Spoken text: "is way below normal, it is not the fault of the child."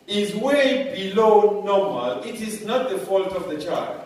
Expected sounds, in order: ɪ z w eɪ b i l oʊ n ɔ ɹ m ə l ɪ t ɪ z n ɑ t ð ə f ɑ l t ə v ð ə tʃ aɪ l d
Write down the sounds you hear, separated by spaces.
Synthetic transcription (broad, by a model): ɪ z w eɪ b i l oʊ n ɔ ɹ m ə l ɪ t ɪ z n ɑ t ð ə f ɑ l t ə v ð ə tʃ aɪ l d